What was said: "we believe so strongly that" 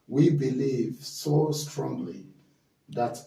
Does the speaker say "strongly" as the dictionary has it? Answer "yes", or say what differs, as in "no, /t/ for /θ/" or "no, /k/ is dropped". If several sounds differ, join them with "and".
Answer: yes